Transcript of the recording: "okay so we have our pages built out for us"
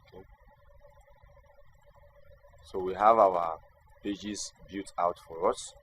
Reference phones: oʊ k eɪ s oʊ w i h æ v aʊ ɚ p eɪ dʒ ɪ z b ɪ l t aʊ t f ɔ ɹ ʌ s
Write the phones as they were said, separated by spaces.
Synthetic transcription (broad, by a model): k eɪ s oʊ w i h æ v aʊ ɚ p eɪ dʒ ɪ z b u t aʊ t f ɔ ɹ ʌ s